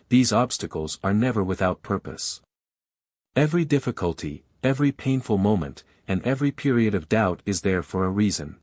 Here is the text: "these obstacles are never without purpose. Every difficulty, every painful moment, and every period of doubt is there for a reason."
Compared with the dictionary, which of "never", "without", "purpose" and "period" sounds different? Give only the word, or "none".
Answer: none